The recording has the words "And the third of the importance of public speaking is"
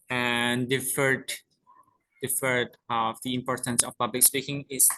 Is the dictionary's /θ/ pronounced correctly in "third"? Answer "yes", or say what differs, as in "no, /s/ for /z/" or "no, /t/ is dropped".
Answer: no, /f/ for /θ/